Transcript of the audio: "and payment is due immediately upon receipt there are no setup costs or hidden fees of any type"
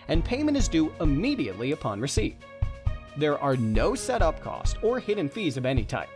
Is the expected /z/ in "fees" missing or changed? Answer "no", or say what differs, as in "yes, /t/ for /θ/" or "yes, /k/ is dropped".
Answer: no